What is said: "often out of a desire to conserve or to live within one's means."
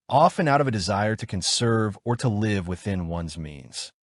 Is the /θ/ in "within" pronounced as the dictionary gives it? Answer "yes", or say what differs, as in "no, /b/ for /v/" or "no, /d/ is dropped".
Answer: yes